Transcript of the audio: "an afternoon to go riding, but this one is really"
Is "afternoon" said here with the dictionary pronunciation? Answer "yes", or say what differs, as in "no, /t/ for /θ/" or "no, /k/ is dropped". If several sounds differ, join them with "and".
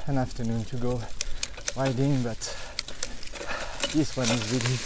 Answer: yes